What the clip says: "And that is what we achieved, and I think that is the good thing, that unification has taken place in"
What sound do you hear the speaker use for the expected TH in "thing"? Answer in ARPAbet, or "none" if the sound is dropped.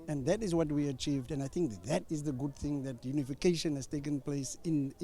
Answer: TH